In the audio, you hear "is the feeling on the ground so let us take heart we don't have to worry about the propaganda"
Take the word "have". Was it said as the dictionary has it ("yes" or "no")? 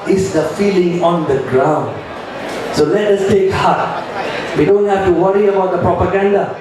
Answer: no